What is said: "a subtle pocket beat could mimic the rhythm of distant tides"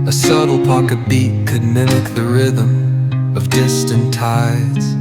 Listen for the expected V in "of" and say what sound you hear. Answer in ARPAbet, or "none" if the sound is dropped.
V